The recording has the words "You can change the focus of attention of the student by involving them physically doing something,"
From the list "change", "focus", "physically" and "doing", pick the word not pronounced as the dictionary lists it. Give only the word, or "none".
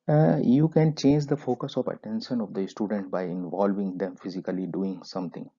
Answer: none